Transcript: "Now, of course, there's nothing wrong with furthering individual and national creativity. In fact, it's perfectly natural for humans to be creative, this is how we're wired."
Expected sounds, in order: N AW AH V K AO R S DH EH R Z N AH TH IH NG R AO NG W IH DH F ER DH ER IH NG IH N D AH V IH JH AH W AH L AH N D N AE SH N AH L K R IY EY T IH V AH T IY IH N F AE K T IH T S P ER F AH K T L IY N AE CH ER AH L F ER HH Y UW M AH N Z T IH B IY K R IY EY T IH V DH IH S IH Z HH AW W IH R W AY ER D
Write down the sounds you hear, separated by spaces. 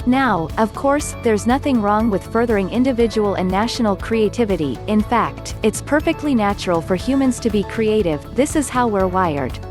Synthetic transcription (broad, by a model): N AW AH V K AO R S DH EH R Z N AH TH IH NG R AO NG W IH DH F ER DH ER IH NG IH N D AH V IH JH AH W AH L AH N N AE SH N L K R IY EY T IH V AH T IY IH N F AE K T IH T S P ER F AH K T L IY N AE CH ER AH L F ER HH Y UW M AH N Z T IH B IY K R IY EY T IH V DH IH S IH Z HH AW W IH R W AY ER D